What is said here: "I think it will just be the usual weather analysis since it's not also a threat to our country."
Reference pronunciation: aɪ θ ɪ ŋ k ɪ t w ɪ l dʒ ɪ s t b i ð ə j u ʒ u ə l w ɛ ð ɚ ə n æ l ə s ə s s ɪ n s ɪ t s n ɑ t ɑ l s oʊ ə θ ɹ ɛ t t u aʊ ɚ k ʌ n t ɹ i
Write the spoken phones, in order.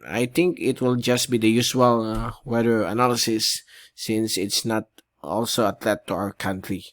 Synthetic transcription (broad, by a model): aɪ t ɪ ŋ k ɪ t w ɪ l dʒ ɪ s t b i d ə j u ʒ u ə l w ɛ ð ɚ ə n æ l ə s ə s s ɪ n s ɪ t s n ɑ t ɑ l s oʊ ə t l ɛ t t u aʊ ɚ k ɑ n t ɹ i